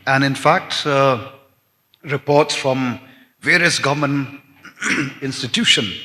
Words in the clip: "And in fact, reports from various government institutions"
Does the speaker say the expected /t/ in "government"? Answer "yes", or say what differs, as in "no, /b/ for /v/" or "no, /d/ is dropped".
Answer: no, /t/ is dropped